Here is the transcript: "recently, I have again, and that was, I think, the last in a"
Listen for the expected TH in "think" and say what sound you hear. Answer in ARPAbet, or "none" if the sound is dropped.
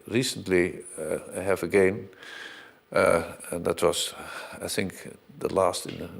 TH